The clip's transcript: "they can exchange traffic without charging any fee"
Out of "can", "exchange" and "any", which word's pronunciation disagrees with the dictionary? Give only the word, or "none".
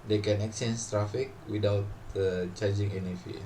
exchange